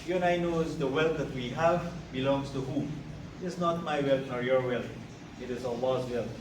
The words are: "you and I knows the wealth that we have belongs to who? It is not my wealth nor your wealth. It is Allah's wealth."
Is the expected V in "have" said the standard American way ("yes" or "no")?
yes